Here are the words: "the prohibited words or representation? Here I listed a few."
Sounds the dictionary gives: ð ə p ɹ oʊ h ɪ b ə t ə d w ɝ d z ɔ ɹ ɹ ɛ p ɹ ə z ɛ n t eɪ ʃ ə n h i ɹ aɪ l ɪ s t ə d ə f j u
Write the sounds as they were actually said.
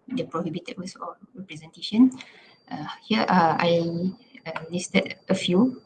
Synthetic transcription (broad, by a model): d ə p ɹ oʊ h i b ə t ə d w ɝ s ɔ l ɹ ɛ p ɹ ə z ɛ n t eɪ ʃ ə n h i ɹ aɪ l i s t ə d ə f j u